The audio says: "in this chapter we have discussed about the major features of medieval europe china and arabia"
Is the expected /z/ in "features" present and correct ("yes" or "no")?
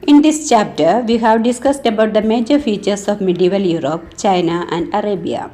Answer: no